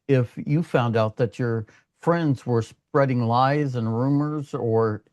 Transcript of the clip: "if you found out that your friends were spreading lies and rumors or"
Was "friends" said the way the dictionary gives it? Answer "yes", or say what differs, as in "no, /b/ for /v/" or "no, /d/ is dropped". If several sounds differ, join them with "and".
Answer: yes